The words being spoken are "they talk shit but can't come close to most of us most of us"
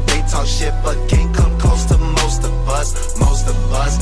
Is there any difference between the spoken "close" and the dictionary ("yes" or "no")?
yes